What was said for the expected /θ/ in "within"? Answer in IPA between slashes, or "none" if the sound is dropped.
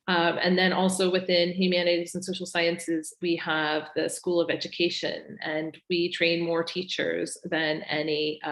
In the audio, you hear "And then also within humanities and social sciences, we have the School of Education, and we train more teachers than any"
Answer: /θ/